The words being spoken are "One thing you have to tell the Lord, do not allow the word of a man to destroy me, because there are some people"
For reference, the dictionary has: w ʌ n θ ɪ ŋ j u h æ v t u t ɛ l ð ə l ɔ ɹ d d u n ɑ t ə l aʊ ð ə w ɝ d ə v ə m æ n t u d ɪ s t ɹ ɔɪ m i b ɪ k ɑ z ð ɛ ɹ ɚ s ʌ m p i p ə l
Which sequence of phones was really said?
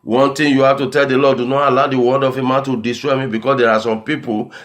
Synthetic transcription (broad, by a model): w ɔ n t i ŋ j u h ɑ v t u t ɛ l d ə l ɔ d d u n ɑ t ə l aʊ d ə w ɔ d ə f ə m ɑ n t u d ɪ s t ɹ ɔɪ m i b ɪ k ɑ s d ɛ ɹ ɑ s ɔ m p i p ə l